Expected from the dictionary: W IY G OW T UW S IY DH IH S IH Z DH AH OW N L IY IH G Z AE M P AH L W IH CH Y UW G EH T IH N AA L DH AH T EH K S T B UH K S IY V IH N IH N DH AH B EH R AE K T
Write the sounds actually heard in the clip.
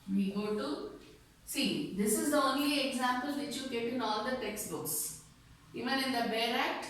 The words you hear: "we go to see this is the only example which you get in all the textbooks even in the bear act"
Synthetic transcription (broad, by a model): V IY G OW T UW S IY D IH S IH Z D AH OW N L IY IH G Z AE M P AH L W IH CH Y UW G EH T IH N AA L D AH T EH K S T B UH K S IY V IH N IH N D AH B EH R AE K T